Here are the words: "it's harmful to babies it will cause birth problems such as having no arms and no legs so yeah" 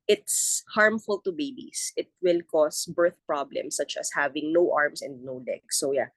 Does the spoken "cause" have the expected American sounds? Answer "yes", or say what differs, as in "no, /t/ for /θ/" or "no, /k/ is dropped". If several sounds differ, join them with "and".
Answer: no, /s/ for /z/